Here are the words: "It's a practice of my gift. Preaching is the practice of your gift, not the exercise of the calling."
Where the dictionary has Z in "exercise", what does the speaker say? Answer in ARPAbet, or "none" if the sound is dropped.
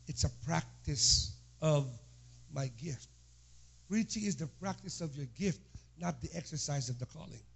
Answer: Z